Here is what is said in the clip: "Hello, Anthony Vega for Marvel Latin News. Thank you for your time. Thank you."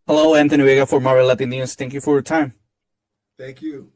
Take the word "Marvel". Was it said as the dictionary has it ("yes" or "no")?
no